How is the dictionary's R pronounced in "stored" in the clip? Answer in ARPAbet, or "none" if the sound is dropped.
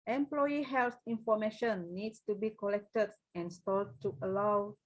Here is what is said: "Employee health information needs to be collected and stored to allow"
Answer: L